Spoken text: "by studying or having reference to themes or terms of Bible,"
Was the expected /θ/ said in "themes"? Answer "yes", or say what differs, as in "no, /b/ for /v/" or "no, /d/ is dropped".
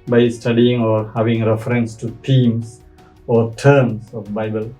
no, /t/ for /θ/